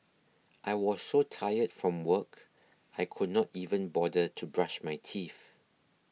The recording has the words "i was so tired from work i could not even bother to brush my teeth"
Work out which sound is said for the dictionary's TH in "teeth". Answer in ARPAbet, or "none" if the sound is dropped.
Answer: F